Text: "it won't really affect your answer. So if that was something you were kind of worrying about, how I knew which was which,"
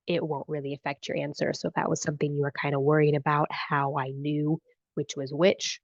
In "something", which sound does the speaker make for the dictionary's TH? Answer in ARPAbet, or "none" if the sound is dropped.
TH